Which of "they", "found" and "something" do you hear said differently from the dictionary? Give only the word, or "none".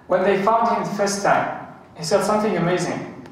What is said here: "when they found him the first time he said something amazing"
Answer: none